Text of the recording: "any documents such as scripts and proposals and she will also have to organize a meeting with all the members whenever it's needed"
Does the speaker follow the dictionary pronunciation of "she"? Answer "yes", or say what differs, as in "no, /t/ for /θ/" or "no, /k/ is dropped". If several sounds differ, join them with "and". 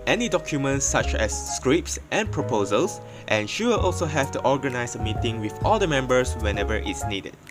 yes